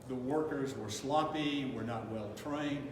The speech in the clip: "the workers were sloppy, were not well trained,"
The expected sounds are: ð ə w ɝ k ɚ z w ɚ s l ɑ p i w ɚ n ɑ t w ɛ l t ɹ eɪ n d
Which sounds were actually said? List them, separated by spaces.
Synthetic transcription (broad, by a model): ð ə w ɝ k ɚ z w ɚ s l ɑ p i w ɚ n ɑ t w ɛ l t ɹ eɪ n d